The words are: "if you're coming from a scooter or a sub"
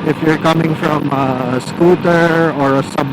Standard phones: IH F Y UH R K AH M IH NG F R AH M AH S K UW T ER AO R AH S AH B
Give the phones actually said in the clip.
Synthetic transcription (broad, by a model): IH F Y UH R K AH M IH NG F R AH M AH S K UW T ER AO R AH S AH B